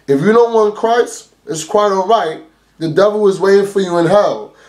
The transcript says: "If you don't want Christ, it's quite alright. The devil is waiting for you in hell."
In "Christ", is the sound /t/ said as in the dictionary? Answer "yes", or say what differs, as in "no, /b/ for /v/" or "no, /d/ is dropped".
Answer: no, /t/ is dropped